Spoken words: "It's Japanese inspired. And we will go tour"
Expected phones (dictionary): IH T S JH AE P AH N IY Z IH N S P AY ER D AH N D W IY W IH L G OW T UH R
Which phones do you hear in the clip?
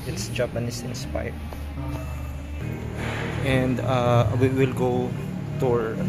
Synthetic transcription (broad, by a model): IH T S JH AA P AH N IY S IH N S P AY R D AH N D W IY W IH L G OW T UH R